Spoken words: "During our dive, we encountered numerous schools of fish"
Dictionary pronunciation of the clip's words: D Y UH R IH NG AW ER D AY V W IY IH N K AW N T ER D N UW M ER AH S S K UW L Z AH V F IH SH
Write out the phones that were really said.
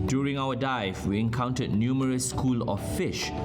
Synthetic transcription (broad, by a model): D Y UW R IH NG AW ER D AY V W IY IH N K AW N T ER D N UW M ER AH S S K UW L AH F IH SH